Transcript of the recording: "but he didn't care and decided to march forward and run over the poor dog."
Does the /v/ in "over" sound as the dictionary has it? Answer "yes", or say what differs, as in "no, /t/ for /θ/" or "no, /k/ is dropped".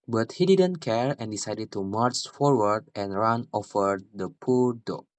no, /f/ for /v/